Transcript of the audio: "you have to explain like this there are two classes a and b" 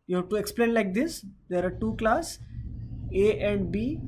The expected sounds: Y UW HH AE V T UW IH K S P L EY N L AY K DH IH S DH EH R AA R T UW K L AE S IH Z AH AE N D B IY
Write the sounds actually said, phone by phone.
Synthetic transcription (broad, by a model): Y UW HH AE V T UW IH K S P L EY N L AY K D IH S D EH R AA R T UW K L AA S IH AH N D B IY